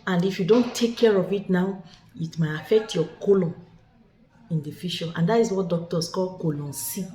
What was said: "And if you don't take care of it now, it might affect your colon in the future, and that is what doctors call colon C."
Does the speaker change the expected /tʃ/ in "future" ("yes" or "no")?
yes